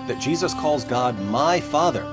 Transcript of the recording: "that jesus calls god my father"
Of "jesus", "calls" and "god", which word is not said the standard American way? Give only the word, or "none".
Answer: none